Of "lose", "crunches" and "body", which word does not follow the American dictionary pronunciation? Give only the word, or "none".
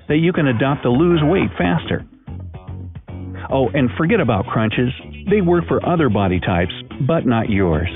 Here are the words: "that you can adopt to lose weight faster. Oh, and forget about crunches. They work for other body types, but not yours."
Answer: none